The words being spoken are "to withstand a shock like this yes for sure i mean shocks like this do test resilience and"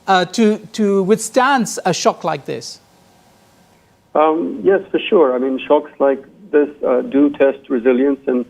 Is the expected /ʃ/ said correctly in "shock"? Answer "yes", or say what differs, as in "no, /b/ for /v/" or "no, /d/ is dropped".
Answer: yes